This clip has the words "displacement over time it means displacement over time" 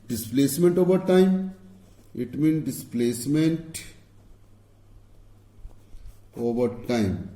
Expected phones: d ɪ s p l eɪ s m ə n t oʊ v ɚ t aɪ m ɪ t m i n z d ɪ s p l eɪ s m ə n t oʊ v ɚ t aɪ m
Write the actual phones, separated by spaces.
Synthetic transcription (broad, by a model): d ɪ s p l eɪ s m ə n t oʊ v ɚ t aɪ m ɪ t m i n d ɪ s p l eɪ s m ə n t oʊ v ɚ t aɪ m